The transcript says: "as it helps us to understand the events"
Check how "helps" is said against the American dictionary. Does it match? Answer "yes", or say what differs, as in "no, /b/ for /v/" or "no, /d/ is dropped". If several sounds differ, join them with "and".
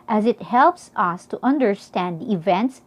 yes